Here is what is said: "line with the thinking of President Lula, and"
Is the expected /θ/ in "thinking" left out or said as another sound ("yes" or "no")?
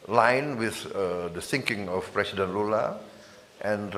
yes